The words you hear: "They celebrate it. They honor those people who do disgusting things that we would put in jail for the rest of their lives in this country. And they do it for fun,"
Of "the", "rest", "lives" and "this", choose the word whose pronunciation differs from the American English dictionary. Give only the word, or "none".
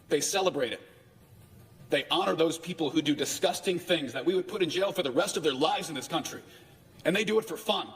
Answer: none